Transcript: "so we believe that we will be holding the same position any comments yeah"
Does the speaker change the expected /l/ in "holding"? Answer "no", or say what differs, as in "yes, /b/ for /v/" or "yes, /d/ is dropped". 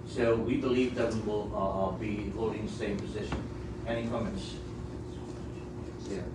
yes, /l/ is dropped